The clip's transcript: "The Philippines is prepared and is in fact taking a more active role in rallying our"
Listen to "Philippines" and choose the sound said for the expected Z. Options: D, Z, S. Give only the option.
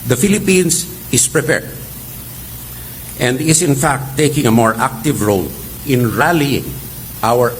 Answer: S